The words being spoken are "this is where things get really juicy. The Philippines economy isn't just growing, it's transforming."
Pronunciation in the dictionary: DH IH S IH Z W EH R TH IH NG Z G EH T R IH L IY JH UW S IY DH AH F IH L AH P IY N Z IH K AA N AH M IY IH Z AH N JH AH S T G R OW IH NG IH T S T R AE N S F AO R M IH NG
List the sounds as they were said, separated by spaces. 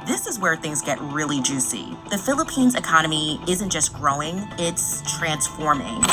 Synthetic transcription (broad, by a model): DH IH S IH Z W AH R TH IH NG Z G EH T R IH L IY JH UW S IY DH AH F IH L AH P IY N Z IH K AA N AH M IY IH Z AH N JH AH S G R OW IH NG IH T S T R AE N S F AO R M IH NG